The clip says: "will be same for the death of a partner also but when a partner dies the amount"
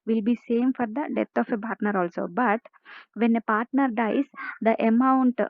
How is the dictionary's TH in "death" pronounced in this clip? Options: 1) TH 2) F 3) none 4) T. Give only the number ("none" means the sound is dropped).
4